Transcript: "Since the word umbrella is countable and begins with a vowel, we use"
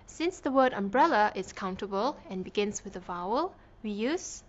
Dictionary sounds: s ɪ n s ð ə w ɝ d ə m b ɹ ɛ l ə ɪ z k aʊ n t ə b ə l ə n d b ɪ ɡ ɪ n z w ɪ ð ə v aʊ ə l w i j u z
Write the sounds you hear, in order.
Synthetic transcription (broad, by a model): s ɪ n s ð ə w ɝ d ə m b ɹ ɛ l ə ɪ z k aʊ n t ə b ə l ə n b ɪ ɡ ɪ n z w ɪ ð ə v aʊ ə l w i j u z